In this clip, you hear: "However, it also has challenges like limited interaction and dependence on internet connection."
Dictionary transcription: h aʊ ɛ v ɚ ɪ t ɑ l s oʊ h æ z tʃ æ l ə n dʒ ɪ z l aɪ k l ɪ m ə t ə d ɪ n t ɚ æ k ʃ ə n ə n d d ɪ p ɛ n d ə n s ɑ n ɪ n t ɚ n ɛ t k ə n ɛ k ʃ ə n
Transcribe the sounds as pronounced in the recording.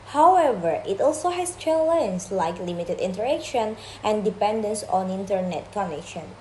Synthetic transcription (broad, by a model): h aʊ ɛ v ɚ ɪ t ɑ l s oʊ h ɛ s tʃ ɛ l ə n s l aɪ k l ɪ m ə t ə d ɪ n t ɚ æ k ʃ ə n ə n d d ɪ p ɛ n d ə n s ɑ n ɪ n t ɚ n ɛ t k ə n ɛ k ʃ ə n